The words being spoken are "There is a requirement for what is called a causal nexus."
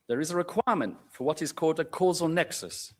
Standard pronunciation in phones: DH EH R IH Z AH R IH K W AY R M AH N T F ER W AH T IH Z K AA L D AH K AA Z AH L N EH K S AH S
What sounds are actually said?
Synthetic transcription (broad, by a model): DH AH R IH Z AH R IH K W AY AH M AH N T F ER W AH T IH Z K AA L D AH K AA Z AH L N EH K S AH S